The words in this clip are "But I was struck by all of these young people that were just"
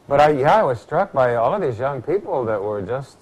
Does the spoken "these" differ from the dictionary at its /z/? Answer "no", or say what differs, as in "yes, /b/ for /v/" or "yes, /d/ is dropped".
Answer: no